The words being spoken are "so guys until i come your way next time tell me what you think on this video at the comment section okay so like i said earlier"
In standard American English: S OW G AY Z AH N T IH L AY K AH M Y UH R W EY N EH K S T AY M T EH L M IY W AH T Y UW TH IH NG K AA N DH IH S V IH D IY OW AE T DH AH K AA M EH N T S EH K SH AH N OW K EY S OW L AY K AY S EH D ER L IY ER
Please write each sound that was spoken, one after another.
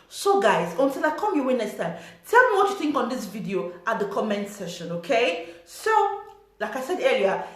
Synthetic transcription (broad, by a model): S OW G AY Z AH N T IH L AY K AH M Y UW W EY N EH S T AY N T EH L M IY W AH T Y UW TH IH NG K AA N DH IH S V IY D IY OW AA T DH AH K AA M EH N T S EH SH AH N OW K EY S OW L AY K AY S EH D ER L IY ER